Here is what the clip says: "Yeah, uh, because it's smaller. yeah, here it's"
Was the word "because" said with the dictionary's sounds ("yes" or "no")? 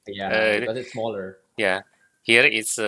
no